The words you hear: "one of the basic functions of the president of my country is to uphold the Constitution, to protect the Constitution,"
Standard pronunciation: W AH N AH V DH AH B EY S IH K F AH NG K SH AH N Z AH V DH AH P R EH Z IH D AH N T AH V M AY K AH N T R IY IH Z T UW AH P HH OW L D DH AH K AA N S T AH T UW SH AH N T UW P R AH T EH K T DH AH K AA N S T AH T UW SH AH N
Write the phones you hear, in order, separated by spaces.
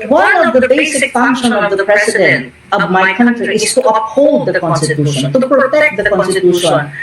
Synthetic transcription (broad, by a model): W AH N AH V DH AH B EY S IH K F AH NG K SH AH N AH V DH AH P R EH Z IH D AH N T AH V M AY K AH N T R IY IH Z T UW AH P HH OW L D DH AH K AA N S T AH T UW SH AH N T UW P R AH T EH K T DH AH K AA N S T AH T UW SH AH N